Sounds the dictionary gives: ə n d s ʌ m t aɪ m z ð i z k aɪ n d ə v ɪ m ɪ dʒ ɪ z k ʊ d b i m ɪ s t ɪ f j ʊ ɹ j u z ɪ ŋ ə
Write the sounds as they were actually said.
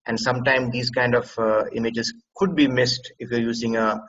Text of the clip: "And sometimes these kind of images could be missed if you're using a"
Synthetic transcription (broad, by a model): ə n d s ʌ m t aɪ m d i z k aɪ n d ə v ɪ m ɪ dʒ ɪ z k ʊ d b i m ɪ s t ɪ f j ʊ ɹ j u z ɪ ŋ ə